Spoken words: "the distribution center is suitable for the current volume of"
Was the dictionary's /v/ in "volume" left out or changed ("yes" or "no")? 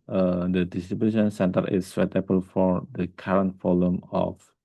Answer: yes